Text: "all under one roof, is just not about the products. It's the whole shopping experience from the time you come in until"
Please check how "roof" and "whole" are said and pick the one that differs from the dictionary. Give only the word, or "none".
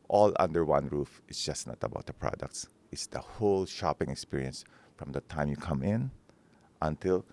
none